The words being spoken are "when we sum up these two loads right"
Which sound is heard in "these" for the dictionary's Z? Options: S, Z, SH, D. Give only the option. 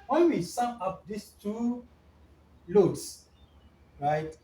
S